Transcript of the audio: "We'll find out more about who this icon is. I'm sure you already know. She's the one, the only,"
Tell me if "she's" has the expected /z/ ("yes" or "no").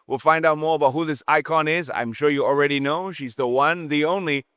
yes